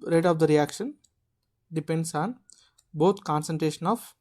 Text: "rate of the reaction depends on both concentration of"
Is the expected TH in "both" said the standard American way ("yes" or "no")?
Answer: no